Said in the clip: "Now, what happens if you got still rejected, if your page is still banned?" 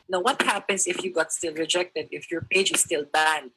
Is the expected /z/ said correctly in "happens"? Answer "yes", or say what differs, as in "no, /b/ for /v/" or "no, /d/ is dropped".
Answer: no, /s/ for /z/